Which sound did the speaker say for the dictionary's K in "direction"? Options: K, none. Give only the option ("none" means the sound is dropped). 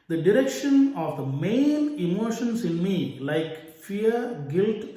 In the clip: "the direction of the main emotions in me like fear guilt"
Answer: K